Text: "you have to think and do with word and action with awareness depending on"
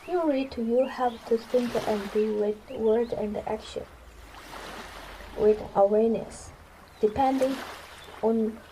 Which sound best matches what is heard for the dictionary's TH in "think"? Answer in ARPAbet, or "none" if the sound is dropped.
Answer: T